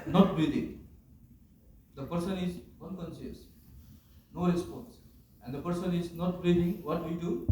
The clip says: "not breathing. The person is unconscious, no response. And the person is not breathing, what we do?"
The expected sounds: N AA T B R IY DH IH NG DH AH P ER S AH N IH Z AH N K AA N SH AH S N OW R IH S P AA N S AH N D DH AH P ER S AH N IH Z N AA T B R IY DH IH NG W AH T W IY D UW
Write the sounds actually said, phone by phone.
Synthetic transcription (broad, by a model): N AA T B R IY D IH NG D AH P ER S AH N IH Z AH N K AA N S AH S N OW R IH S P AA N S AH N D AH P ER S AH N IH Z N AA T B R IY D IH NG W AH T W IY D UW